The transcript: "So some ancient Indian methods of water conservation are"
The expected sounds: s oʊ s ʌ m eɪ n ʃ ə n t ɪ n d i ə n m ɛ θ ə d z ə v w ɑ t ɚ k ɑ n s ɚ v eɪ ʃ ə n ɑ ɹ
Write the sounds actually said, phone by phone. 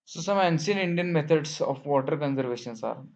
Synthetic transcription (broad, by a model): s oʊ s ʌ m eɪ n s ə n ɪ n d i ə n m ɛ t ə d s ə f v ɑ t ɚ k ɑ n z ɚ v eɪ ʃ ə n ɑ ɹ